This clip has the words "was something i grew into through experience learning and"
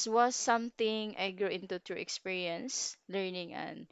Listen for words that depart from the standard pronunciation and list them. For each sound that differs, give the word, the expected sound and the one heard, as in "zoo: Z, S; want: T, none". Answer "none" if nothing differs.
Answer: through: TH, T